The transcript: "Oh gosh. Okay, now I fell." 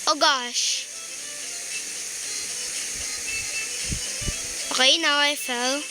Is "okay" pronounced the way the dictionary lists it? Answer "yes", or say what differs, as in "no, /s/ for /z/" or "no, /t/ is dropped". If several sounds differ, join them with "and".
no, /k/ is dropped